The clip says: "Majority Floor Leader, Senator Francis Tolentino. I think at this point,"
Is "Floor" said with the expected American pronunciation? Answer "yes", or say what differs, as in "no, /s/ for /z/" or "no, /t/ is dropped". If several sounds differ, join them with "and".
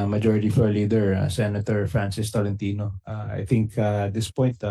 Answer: no, /l/ is dropped